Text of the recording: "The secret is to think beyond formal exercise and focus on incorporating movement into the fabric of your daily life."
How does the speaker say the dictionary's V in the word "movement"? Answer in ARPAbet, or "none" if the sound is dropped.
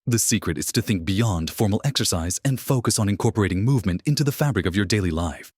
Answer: V